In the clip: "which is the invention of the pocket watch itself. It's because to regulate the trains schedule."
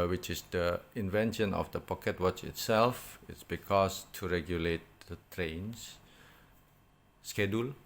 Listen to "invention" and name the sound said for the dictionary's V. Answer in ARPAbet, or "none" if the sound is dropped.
V